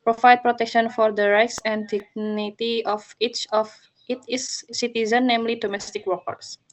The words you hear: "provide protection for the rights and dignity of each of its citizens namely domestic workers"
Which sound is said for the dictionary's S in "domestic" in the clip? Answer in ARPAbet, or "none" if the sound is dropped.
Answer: S